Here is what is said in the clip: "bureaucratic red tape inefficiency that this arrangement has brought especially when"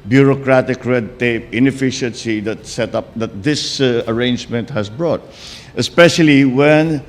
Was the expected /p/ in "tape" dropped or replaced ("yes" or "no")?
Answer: no